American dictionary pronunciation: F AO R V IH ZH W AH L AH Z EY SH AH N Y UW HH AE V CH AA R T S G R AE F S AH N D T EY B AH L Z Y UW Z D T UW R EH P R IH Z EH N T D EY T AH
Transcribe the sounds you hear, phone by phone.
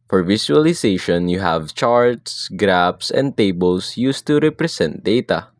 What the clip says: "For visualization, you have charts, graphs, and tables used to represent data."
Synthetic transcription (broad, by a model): F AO R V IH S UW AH L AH S EY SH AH N Y UW HH AE V CH AA R T S G R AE P S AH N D T EY B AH L S Y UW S T UW R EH P R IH S EH N T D EY T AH